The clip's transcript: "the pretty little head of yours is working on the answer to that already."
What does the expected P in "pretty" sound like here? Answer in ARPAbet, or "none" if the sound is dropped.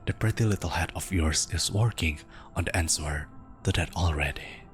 P